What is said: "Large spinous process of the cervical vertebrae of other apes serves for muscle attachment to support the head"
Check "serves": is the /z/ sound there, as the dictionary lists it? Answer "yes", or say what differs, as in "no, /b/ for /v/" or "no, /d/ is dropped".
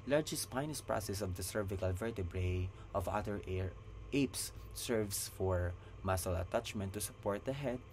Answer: no, /s/ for /z/